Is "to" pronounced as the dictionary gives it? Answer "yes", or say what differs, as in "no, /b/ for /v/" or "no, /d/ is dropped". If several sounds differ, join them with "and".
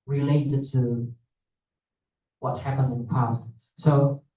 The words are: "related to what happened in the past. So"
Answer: yes